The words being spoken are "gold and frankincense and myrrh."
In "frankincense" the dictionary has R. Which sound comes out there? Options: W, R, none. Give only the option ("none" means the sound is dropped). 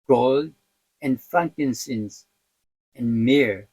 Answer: none